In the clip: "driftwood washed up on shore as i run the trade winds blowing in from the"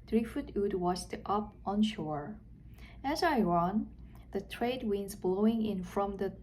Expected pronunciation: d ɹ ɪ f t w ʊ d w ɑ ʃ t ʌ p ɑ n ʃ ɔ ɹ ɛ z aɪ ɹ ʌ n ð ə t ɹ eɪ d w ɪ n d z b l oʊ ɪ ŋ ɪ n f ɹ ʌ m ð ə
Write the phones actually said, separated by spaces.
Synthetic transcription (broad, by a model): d ɹ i f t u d w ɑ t t ʌ p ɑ n ʃ ɔ ɹ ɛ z aɪ ɹ ʌ n ð ə t ɹ eɪ d w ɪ n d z b l oʊ ɪ ŋ ɪ n f ɹ ʌ m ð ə